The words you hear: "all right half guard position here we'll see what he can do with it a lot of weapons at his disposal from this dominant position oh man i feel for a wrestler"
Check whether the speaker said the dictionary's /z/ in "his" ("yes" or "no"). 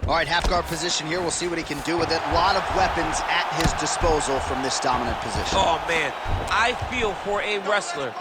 yes